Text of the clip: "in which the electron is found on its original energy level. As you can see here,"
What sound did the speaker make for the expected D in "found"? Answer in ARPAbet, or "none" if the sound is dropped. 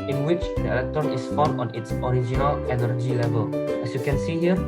none